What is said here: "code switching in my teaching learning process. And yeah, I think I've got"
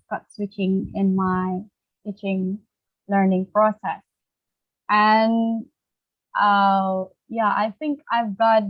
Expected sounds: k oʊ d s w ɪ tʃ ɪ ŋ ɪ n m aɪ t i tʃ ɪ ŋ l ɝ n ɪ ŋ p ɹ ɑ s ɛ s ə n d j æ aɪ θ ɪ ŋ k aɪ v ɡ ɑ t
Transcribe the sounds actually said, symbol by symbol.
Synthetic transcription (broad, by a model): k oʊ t s w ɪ tʃ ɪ ŋ ɪ n m aɪ t i tʃ ɪ ŋ l ɝ n ɪ ŋ p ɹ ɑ s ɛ s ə n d j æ aɪ θ ɪ ŋ k aɪ v ɡ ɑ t